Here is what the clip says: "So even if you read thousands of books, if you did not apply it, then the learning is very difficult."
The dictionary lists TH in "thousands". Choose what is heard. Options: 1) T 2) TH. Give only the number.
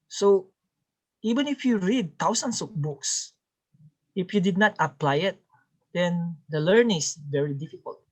1